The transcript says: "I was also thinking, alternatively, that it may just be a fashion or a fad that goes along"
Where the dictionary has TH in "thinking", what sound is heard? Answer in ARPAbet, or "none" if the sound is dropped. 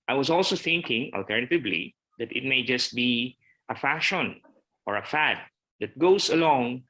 TH